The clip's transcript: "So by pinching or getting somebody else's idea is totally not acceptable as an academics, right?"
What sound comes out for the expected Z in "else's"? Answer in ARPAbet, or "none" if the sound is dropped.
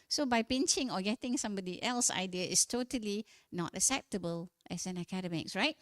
none